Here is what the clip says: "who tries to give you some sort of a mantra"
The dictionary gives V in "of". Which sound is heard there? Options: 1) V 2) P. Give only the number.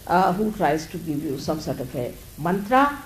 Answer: 2